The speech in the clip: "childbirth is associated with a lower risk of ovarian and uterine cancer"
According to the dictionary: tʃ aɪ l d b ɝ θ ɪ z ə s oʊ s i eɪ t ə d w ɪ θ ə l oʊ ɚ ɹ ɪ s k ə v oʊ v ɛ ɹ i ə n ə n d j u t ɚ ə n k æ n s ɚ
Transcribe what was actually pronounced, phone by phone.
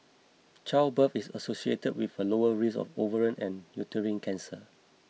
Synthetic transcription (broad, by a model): tʃ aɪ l b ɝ f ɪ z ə s oʊ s i eɪ t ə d w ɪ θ ə l oʊ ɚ ɹ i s ə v oʊ v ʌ ɹ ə n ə n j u t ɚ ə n k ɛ n s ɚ